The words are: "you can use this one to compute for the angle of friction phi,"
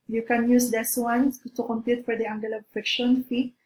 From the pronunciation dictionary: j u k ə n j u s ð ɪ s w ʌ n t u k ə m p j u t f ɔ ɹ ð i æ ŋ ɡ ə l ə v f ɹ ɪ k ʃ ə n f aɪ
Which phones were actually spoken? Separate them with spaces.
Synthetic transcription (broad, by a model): j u k ə n j u s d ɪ s w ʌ n t u k ə m p j u t f ɔ ɹ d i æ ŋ ɡ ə l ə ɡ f ɪ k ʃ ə n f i